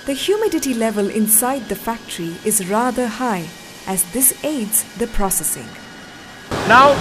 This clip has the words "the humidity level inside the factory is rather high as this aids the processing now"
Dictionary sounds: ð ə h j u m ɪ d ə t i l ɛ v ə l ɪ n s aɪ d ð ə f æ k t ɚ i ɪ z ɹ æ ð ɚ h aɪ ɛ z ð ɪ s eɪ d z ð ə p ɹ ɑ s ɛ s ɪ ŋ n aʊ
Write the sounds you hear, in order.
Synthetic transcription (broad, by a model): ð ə h j u m ɪ d ə t i l ɛ v ə l ɪ n s aɪ d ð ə f æ k t ɚ i ɪ z ɹ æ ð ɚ h aɪ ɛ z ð ɪ s eɪ d z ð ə p ɹ ɑ s ɛ s ɪ ŋ n aʊ